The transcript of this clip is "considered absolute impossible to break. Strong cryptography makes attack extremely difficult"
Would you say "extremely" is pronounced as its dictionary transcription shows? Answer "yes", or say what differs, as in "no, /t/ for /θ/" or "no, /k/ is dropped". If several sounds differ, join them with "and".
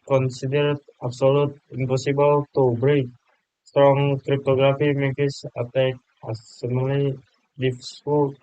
no, /k/ is dropped and /m/ is dropped